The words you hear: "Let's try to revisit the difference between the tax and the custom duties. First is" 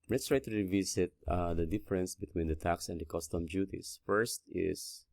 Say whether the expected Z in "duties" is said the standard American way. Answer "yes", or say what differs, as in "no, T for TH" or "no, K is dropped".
no, S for Z